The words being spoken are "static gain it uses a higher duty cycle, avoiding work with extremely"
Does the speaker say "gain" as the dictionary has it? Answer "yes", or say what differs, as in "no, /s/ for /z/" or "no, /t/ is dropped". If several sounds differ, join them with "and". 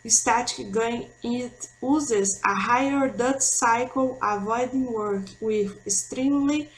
no, /n/ is dropped